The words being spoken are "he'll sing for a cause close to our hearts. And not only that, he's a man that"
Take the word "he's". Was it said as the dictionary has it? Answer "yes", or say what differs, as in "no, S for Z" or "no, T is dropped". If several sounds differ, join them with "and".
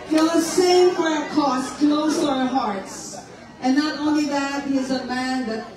yes